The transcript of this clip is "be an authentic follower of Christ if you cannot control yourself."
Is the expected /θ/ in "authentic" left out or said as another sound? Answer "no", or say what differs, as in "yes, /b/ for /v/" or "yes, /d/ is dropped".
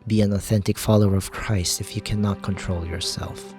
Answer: no